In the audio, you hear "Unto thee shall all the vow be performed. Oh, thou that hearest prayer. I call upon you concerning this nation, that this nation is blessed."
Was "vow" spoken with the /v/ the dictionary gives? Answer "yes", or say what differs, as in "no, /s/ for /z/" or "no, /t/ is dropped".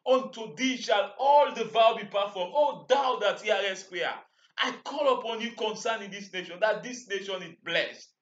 yes